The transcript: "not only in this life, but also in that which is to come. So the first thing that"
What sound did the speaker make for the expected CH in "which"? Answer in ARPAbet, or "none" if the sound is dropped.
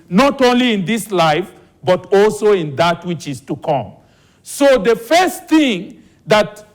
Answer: CH